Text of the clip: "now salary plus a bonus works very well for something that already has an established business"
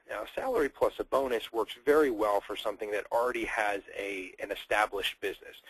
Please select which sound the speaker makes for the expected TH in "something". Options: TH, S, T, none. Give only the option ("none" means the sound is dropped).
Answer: TH